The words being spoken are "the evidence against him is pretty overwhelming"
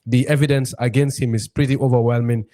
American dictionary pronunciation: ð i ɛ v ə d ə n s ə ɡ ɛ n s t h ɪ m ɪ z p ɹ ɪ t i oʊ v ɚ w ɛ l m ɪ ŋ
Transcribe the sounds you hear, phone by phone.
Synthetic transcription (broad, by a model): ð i ɛ v ə d ə n s ə ɡ ɛ n s t h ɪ m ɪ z p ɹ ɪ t i oʊ v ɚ w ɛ l m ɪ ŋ